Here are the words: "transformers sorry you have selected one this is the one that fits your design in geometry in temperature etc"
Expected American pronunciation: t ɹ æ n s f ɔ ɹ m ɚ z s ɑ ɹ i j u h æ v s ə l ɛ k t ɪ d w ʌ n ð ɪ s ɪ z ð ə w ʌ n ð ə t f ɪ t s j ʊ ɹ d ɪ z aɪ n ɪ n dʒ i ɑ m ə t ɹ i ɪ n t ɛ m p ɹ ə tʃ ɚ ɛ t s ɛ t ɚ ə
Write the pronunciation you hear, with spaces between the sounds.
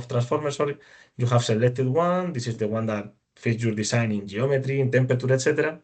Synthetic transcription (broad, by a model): t ɹ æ n s f ɔ ɹ m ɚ s ɑ ɹ i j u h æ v s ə l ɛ k t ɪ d w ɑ n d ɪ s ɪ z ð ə w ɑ n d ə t f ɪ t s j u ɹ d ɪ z aɪ n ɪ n dʒ i ɑ m ə t ɹ i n t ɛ m p ɹ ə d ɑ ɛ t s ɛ t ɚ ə